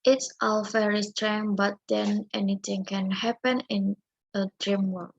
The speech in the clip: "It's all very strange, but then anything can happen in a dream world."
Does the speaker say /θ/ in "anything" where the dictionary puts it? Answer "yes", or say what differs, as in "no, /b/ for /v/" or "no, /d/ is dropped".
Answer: no, /t/ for /θ/